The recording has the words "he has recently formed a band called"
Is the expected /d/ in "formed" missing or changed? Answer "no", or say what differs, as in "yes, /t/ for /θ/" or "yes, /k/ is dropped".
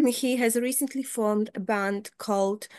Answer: no